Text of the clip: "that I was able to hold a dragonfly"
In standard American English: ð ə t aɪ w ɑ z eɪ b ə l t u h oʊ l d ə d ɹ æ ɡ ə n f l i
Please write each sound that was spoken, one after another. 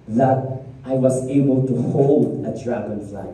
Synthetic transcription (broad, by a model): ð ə t aɪ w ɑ s eɪ b ə l t u h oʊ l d ə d ɹ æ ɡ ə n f l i